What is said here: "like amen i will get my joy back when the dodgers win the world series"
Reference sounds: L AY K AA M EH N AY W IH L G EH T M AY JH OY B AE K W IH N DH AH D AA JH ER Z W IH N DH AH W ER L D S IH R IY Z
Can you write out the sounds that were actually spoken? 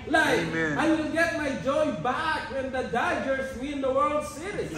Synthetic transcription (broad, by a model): L AY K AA IH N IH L G EH T M AY JH OY B AE K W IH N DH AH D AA JH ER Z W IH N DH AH W ER L D S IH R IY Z